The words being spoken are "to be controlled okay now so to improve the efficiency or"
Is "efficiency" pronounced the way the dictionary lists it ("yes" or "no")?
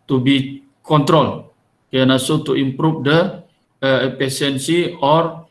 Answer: no